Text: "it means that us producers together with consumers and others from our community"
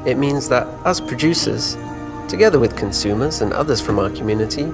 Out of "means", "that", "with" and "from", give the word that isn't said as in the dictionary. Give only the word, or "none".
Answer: none